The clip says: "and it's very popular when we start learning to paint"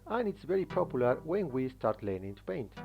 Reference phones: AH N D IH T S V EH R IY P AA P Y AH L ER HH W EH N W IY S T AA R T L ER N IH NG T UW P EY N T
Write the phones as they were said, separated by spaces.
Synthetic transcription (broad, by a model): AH N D IH T S V EH R IY P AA P Y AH L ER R W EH N W IY S T AA R T L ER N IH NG T UW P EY N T